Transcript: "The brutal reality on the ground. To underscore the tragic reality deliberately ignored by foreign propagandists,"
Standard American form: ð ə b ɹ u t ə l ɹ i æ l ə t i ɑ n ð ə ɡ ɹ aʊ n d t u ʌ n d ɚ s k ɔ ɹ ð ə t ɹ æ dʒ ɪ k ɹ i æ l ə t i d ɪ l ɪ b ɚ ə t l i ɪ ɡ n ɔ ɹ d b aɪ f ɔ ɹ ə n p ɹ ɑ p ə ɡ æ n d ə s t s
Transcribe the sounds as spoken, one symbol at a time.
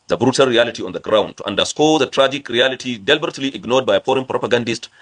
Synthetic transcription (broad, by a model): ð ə b ɹ u t ə l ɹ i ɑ l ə t i ɑ n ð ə ɡ ɹ aʊ n d t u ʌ n d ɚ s k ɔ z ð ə t ɹ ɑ dʒ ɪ k ɹ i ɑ l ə t i d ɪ l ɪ b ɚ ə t l i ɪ ɡ n ɔ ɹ d b aɪ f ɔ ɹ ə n p ɹ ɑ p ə ɡ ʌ n d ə s t